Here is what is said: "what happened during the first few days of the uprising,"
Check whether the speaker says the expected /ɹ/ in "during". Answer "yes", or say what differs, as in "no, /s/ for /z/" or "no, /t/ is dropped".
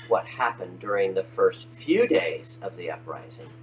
yes